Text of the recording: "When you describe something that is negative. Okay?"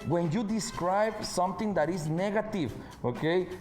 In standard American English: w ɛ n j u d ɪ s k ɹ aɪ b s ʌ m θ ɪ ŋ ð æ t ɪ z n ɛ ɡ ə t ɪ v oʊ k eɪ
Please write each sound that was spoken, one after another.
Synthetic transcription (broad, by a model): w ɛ n j u d ɪ s k ɹ aɪ b s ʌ m t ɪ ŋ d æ t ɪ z n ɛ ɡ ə t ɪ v oʊ k eɪ